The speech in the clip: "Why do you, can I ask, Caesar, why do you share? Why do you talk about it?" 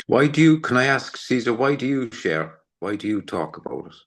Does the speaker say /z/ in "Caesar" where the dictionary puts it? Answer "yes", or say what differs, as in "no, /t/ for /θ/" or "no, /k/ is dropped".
yes